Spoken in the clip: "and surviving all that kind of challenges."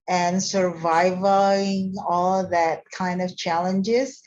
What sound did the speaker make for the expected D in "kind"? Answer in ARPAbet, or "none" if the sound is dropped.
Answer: D